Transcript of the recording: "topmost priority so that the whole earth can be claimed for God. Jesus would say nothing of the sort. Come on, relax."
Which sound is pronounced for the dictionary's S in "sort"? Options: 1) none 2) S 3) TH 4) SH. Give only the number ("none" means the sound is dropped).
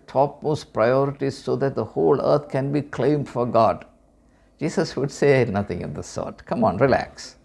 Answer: 2